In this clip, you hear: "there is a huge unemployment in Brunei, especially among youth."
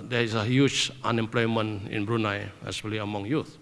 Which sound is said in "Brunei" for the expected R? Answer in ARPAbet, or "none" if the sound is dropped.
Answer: R